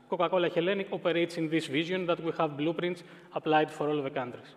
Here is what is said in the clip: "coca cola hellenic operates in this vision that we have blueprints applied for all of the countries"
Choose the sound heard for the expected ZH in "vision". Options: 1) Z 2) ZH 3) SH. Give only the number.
1